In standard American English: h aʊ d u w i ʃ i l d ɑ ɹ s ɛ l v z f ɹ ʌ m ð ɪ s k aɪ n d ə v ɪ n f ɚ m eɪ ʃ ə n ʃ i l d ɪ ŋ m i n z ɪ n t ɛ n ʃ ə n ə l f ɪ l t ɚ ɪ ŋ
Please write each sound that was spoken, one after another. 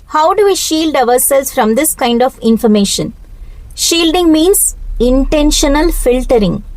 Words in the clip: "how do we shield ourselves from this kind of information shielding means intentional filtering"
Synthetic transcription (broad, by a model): h aʊ d u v i ʃ i l d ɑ ɹ s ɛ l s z f ɹ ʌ m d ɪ s k aɪ n d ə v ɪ n f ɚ m eɪ ʃ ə n ʃ i l d ɪ ŋ m i n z ɪ n t ɛ n ʃ ə n ə l f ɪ l t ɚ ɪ ŋ